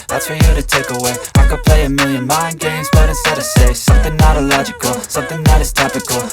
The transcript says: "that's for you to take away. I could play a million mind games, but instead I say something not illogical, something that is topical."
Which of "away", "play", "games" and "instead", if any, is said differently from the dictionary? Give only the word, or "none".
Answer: instead